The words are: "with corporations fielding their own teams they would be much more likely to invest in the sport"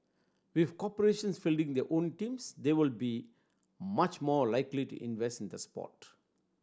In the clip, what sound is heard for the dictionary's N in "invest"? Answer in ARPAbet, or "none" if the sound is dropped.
N